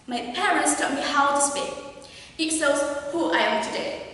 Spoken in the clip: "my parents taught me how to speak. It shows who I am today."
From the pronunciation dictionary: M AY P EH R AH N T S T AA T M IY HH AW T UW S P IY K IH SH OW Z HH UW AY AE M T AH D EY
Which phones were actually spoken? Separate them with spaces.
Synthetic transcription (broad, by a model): M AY P EH R AH N T S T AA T M IY HH AW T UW S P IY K IH S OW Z HH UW AY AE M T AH D EY